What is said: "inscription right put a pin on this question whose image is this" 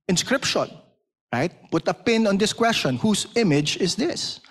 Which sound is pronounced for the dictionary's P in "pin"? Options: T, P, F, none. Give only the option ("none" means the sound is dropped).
P